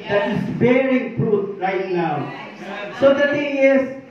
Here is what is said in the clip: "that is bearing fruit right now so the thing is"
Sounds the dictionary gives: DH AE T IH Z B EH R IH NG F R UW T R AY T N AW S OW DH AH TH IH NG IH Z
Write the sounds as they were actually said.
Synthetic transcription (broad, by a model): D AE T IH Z B EH R IH NG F R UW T R AY T N AW S OW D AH T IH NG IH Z